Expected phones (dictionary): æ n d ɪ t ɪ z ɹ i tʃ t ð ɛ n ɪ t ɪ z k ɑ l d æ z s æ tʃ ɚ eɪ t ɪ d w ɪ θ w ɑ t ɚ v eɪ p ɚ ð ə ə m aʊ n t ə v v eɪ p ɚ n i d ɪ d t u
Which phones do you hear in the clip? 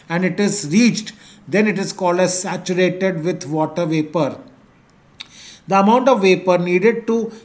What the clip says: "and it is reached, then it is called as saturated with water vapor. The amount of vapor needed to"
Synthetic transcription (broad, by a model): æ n d ɪ t ɪ z ɹ i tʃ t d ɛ n ɪ t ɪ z k ɑ l d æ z s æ tʃ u eɪ t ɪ d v ɪ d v ɑ t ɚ v eɪ p ɚ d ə ə m aʊ n t ə v v eɪ p ɚ n i d ɪ d t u